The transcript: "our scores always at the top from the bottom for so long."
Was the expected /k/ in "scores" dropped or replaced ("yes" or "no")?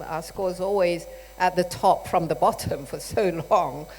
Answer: no